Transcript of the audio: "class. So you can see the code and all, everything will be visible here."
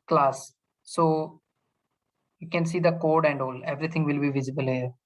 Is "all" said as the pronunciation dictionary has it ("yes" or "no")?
yes